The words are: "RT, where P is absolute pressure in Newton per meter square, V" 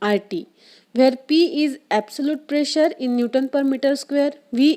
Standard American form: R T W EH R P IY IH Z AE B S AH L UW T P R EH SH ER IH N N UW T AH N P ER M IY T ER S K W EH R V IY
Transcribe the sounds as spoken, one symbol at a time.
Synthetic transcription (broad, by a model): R T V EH R P IY IH Z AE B S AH L UW T P R EH SH ER IH N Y UW T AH N P ER M IY T ER S K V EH R V IY